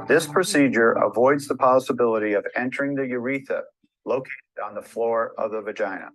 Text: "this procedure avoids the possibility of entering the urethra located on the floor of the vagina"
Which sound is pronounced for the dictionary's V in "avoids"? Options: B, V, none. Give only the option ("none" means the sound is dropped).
V